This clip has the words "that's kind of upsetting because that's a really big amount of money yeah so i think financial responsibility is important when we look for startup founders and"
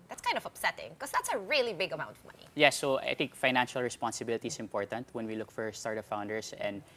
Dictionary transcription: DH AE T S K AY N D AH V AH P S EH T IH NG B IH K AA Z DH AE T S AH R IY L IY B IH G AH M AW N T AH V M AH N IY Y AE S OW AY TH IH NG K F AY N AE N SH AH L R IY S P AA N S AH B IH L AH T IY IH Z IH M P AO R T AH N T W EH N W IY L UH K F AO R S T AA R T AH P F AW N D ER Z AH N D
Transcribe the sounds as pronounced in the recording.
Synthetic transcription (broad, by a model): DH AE T S K AY N D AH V AH P S EH T IH NG K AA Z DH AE T S AH R IY L IY B IH G AH M AW N T AH V M AH N IY Y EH S OW AY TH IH NG K F AY N AE N SH AH L R IY S P AA N S AH B IH L AH T IY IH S IH M P AO R T AH N T W EH N W IY L UH K F AO R S T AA R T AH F AW N D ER S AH N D